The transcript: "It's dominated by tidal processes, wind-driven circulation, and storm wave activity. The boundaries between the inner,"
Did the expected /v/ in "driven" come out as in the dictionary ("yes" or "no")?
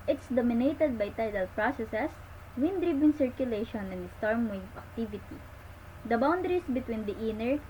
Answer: no